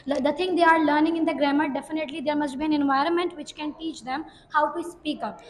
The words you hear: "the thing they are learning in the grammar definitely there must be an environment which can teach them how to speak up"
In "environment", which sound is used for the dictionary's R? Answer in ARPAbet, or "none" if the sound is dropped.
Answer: R